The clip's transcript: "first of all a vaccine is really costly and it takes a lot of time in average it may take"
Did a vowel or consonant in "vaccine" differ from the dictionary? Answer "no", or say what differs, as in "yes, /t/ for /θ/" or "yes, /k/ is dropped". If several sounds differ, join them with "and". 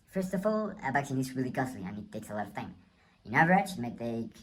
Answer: yes, /b/ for /v/